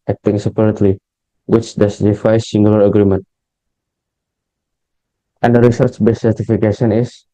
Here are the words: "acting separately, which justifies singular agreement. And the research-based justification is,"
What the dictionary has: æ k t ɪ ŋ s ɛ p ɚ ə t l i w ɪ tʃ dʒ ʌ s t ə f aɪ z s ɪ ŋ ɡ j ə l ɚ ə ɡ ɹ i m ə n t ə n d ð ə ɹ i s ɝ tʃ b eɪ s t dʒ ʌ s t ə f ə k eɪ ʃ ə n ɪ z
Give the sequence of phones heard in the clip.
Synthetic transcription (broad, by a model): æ k t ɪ ŋ s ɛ p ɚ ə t l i w ɪ tʃ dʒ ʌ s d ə f aɪ s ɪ ŋ ɡ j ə l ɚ ə ɡ ɹ i m ə n t ə n d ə ɹ i s ɝ tʃ b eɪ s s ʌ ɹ t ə f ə k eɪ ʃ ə n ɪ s